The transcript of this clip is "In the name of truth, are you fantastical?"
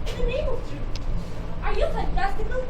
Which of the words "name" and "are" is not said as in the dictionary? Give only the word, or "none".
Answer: name